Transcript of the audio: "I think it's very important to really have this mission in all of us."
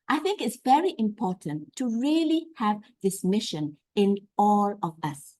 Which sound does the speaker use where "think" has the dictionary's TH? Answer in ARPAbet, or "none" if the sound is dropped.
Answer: TH